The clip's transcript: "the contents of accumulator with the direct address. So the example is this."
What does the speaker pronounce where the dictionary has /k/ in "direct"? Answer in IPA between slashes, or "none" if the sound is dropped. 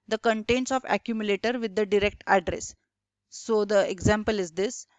/k/